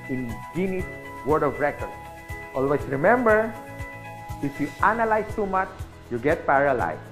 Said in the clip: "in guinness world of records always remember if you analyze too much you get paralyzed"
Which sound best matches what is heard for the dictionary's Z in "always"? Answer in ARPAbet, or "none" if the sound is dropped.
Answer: S